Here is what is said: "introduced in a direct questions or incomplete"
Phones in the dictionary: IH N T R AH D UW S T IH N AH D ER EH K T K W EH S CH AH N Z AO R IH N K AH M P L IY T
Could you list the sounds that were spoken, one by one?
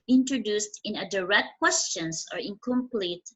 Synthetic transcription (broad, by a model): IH N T R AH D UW S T IH N AH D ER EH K T K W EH S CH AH N S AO R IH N K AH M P L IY T